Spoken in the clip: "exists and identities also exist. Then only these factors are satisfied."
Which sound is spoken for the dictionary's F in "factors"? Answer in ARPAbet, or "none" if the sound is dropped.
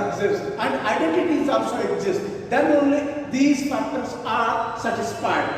P